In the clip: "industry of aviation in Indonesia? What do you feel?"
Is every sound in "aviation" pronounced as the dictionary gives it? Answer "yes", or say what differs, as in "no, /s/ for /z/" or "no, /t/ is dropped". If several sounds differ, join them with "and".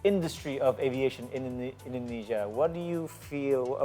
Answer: yes